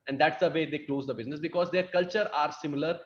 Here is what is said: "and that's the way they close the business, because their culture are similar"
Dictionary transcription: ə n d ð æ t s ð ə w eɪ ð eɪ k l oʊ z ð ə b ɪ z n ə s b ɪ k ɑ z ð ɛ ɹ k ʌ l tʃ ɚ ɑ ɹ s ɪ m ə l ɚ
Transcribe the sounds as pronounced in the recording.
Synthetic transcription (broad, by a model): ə n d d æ t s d ə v eɪ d eɪ k l oʊ z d ə b ɪ z n ə s b ɪ k ɑ z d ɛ ɹ k ʌ l tʃ ɚ ɑ ɹ s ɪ m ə l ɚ